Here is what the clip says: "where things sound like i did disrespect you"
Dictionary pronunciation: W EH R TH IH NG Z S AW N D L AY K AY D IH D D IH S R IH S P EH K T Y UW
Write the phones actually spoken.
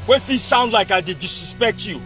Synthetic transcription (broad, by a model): W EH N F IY S AW N D L AY K AY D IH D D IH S IH S P EH K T Y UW